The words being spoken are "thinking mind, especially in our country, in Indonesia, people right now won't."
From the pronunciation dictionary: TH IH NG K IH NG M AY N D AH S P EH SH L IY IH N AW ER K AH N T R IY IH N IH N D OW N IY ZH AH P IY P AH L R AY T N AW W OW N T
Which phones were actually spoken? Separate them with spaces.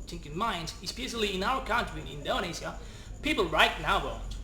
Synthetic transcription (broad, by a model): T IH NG K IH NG M AY N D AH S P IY S L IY IH N AW ER K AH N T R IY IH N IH N D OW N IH S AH P IY P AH L R AY T N AW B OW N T